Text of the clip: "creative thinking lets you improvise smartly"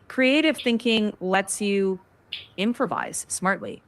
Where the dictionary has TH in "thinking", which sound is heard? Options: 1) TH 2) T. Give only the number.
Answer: 1